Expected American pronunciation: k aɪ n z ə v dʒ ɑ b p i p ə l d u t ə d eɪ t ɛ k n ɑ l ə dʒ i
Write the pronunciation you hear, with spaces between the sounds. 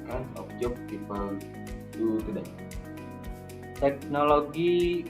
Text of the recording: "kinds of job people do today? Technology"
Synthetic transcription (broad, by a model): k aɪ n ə p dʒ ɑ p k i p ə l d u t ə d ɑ t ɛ k n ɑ l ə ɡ i